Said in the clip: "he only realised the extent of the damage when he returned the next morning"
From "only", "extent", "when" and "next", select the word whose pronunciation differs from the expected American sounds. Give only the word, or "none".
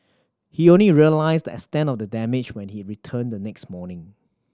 extent